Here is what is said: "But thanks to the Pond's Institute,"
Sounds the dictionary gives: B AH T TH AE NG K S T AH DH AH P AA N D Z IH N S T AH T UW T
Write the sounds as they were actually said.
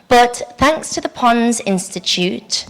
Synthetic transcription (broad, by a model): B AH T TH AE NG K S T AH DH AH P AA N Z IH N S T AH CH UW T